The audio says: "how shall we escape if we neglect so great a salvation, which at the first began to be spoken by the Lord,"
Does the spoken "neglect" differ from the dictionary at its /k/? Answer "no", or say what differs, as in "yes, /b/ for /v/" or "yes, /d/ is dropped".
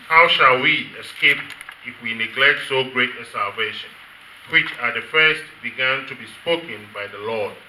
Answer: no